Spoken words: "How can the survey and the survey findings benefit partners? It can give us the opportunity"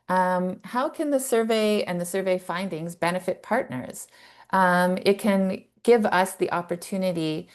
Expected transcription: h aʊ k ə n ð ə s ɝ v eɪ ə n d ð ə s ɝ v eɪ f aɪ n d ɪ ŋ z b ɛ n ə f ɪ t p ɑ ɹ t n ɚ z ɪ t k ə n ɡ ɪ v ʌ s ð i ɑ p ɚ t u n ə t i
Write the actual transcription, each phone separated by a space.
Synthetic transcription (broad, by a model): h aʊ k ə n ð ə s ɝ v eɪ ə n ð ə s ɝ v eɪ f aɪ n d ɪ ŋ z b ɛ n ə f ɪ t p ɑ ɹ t n ɚ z ɪ t k ə n ɡ ɪ v ʌ s ð i ɑ p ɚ t u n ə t i